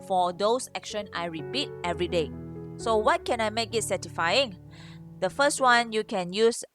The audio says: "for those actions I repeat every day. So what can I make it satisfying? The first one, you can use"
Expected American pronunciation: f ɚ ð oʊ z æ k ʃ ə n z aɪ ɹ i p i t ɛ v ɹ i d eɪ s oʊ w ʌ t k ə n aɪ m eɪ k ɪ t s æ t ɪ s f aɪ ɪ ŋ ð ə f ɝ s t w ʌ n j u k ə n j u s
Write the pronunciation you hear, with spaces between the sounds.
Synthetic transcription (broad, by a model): f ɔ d oʊ s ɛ k ʃ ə n aɪ ɹ i p i t ɛ v ɹ i d eɪ s oʊ w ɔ t k ə n aɪ m eɪ k ɪ t s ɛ t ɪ f aɪ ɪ ŋ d ə f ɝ s t w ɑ n j u k ə n j u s